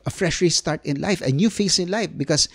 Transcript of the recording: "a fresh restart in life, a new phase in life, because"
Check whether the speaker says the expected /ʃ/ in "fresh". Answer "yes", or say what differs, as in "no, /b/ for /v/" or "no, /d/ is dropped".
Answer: yes